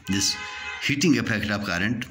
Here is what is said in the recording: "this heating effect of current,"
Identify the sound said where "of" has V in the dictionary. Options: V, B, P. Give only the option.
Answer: P